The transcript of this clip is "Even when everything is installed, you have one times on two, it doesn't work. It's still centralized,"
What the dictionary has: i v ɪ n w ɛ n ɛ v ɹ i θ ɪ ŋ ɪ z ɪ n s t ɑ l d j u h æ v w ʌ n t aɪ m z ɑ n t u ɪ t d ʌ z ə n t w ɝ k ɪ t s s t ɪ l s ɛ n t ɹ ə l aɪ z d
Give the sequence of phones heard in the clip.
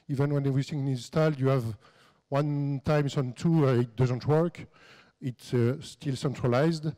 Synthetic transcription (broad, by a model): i v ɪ n w ɛ n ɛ v ɹ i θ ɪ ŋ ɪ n ɪ n s t ɑ l d j u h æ v w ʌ n t aɪ m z ɑ n t u ɪ t d ʌ z ə n t w ɝ k ɪ t s s t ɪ l s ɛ n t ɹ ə l aɪ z d